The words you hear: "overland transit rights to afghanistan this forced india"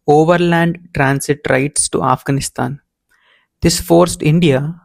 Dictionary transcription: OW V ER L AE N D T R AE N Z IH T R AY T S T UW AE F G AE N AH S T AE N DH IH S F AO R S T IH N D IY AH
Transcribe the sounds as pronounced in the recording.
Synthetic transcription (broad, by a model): OW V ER L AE N D T R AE N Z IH T R AY T S T UW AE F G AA N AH S T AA N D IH S F AO R S T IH N D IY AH